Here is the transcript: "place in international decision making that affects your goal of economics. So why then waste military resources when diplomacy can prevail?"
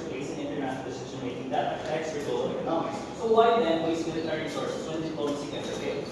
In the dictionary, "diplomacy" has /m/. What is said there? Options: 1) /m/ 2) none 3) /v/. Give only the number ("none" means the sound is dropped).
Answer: 2